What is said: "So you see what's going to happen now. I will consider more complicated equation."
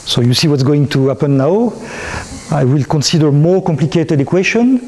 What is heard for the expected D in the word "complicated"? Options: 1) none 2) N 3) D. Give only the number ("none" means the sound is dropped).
3